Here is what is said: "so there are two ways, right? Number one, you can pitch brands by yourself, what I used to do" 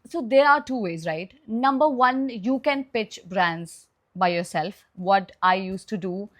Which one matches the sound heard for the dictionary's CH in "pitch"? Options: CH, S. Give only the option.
CH